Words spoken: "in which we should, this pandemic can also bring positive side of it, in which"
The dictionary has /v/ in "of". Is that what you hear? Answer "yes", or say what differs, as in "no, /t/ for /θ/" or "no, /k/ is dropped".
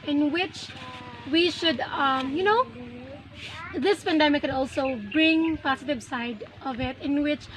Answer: yes